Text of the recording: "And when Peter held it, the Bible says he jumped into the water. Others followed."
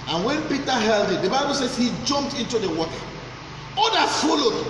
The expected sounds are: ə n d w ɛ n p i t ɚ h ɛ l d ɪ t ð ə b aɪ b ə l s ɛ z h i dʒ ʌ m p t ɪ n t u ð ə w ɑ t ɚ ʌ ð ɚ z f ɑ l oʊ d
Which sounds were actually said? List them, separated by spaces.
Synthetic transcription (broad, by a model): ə n w ɛ n p i t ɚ h ɛ l d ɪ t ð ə b aɪ b ə l s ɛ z h i dʒ ʌ m p t ɪ n t u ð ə w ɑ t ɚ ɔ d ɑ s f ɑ l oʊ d